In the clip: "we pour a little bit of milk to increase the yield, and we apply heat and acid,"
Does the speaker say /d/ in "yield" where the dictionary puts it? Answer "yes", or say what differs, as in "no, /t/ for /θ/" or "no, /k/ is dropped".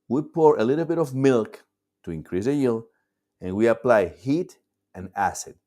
no, /d/ is dropped